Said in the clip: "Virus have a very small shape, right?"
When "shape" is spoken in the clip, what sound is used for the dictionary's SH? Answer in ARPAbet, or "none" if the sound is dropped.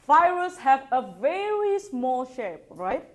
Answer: SH